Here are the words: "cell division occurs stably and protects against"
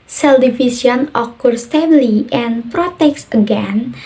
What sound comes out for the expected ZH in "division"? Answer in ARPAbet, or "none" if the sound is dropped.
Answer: S